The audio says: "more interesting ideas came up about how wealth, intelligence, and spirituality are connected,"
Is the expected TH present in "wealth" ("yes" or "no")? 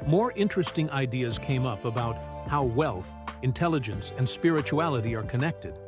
yes